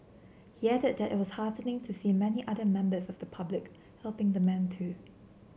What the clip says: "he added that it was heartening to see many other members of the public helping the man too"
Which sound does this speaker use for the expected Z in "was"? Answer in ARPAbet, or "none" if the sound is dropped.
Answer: S